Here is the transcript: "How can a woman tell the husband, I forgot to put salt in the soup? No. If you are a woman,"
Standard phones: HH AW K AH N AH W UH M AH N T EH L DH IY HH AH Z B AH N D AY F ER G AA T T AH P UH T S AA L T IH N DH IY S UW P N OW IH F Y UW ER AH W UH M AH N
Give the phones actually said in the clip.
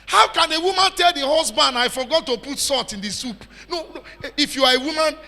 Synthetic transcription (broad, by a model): HH AW K AH N AH W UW M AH N T EH L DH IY HH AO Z B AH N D AY F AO G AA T T AH P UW T S AA T IH N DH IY S UW P N OW IH F Y UW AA AH W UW M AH N